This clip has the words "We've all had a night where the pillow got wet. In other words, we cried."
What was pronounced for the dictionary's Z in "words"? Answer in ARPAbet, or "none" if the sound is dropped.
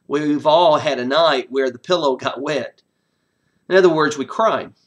Z